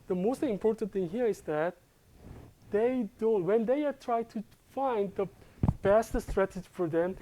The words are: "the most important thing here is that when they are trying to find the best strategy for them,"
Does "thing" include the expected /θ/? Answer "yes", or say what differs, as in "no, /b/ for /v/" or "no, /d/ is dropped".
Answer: yes